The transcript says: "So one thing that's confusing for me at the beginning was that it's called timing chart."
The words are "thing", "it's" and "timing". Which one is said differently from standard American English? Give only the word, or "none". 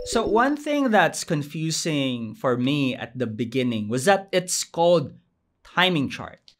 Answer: none